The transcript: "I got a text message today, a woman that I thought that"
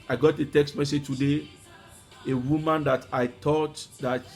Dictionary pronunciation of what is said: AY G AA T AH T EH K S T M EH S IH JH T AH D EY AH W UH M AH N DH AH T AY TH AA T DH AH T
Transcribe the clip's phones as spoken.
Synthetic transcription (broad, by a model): AY G AA T AH T EH K S T M EH S IH JH T AH D EY AH W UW M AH N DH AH T AY T AA T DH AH T